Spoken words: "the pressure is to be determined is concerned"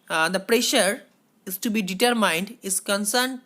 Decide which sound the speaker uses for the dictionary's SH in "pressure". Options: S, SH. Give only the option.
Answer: SH